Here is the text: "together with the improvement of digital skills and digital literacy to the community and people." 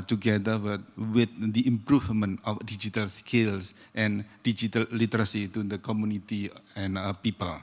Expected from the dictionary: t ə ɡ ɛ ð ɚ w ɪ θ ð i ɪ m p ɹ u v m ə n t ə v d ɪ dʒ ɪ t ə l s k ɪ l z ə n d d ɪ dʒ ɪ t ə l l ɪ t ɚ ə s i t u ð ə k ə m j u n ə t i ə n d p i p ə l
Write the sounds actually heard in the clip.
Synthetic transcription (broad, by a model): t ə ɡ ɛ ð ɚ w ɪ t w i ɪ m p ɹ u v m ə n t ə f d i dʒ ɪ t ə l s k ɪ l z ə n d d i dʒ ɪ t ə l l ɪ t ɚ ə s i t u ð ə k ə m j u n ə t i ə n p i p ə l